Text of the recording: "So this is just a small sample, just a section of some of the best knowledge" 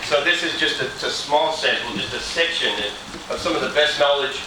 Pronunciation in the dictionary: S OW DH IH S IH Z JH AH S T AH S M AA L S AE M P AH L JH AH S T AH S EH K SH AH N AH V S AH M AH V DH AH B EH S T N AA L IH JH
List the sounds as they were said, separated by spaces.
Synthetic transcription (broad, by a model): S OW DH IH S IH Z JH AH S T AH S M AA L S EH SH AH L JH AH S T AH S EH K SH AH N AH V S AH M AH V DH AH B EH S T N AA L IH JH